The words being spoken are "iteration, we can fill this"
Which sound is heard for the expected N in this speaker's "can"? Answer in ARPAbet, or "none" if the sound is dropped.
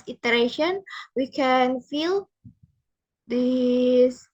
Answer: N